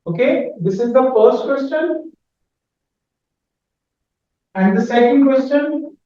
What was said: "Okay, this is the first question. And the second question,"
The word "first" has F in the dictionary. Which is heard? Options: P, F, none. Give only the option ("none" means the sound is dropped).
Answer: F